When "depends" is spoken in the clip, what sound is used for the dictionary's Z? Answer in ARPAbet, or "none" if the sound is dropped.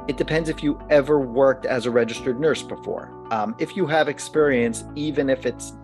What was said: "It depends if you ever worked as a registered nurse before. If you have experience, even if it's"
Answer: Z